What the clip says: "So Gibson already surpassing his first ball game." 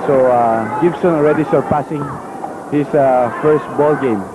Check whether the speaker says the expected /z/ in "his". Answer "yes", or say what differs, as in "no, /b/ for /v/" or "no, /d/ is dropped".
no, /s/ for /z/